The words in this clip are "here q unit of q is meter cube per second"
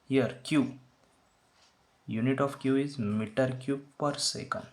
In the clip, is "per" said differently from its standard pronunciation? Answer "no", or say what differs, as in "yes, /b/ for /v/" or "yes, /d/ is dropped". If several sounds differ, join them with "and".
no